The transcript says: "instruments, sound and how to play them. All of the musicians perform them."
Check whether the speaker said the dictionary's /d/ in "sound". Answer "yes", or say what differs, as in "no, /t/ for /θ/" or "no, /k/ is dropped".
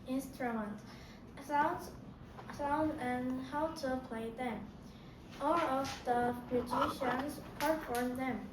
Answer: no, /d/ is dropped